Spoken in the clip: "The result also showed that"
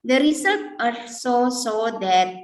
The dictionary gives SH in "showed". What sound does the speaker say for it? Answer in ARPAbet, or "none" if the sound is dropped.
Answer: S